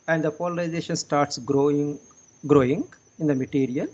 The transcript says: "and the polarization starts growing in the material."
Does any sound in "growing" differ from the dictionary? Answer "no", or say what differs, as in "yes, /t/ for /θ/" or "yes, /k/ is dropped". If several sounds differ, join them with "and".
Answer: no